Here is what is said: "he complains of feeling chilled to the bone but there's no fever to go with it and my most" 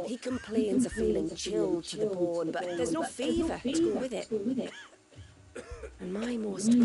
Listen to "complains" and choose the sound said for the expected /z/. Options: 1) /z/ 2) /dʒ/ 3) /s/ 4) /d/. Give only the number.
1